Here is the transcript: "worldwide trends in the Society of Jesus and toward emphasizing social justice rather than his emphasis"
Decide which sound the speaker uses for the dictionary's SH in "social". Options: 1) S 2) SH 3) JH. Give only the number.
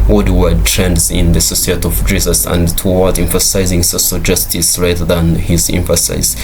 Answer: 1